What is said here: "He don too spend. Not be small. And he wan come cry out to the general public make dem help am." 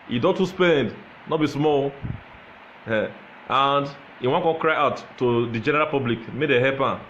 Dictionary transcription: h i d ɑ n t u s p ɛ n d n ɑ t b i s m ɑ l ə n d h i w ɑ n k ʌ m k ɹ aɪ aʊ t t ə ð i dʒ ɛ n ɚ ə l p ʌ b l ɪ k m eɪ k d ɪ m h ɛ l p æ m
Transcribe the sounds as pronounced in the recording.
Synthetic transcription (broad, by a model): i d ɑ t u s p ɛ n d n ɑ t b i s m ɑ l ə n d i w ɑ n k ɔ k ɹ aɪ aʊ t t ə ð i dʒ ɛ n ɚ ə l p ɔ b l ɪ k m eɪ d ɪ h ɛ p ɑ